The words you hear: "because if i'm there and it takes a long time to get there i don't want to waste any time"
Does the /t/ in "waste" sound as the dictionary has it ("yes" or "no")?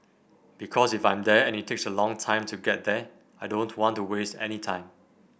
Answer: yes